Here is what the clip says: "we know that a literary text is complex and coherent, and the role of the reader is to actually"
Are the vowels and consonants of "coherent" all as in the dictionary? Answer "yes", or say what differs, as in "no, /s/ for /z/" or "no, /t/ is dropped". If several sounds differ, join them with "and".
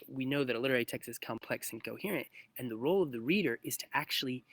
yes